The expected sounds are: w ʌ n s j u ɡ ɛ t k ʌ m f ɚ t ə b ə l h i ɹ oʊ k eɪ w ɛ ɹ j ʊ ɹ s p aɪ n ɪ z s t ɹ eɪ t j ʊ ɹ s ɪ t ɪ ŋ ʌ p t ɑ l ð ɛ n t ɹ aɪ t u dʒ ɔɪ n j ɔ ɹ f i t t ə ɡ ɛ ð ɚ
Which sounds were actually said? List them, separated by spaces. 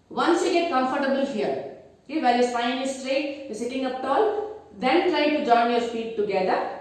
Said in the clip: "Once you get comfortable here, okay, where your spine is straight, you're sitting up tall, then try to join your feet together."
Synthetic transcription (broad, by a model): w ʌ n s j u ɡ ɛ t k ʌ m f ɚ t ə b ə l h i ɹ oʊ k eɪ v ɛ l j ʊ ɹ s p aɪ ɪ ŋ s t ɹ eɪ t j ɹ s ɪ t ɪ ŋ ʌ p t ɑ l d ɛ n t ɹ aɪ t u dʒ ɔɪ n j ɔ ɹ p i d t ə ɡ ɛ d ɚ